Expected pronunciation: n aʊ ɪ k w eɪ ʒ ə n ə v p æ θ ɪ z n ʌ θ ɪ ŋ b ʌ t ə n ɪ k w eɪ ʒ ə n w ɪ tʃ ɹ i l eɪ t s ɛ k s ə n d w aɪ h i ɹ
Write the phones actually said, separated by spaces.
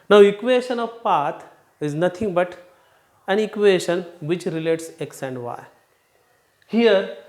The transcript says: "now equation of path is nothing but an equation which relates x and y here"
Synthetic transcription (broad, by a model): n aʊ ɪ k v eɪ ʃ ə n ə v p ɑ t ɪ z n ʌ t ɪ ŋ b ʌ t ə n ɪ k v eɪ ʃ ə n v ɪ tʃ ɹ i l eɪ t s ɛ k s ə n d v aɪ h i ɹ